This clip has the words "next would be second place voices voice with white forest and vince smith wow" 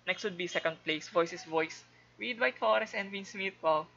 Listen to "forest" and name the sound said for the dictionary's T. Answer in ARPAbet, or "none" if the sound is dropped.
none